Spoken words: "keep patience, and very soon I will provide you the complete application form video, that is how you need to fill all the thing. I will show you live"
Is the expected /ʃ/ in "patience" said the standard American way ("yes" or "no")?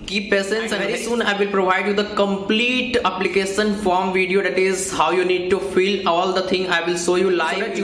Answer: no